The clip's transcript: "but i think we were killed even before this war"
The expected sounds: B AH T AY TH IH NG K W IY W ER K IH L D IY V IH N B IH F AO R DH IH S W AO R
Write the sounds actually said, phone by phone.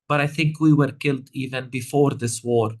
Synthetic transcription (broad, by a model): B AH T AY TH IH NG K W IY W ER K IH L D IY V IH N B IH F AO R DH IH S W AO R